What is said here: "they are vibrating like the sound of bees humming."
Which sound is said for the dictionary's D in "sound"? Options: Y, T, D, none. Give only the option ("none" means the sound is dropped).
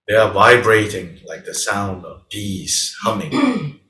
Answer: D